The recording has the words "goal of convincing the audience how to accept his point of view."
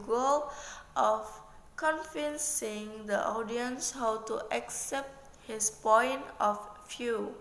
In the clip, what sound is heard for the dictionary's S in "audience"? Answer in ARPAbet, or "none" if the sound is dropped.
S